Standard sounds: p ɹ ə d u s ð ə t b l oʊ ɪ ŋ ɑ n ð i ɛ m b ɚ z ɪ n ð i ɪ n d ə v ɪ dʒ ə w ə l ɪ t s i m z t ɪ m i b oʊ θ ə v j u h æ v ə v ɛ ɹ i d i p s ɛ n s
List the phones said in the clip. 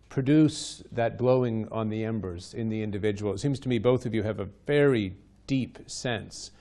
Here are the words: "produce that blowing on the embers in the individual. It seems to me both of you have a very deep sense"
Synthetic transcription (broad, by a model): p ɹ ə d u s ð ə t b l oʊ ɪ ŋ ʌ n ð i ɛ m b ɚ z ɪ n ð i ɪ n d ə v ɪ dʒ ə w l t s i m z t ɪ m i b oʊ θ ə v j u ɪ v ə v ɛ ɹ i d i p s ɛ n s